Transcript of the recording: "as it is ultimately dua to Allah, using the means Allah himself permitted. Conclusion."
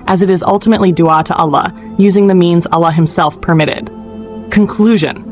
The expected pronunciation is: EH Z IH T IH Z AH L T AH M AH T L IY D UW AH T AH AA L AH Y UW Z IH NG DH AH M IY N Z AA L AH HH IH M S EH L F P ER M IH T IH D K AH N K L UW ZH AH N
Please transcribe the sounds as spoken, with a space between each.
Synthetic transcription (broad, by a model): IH Z IH T IH Z AH L T AH M AH T L IY D UW AH T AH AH L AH Y UW Z IH NG DH AH M IY N Z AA L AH HH IH M S EH L F P ER M IH T IH D K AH N K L UW ZH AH N